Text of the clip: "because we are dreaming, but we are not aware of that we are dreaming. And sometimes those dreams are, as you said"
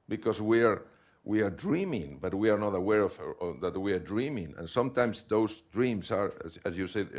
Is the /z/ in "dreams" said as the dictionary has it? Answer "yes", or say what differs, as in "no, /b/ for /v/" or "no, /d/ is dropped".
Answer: no, /s/ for /z/